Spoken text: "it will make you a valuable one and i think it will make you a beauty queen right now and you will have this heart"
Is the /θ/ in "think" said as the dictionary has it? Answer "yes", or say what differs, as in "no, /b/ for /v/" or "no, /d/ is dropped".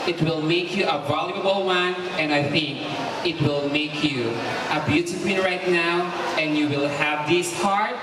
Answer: yes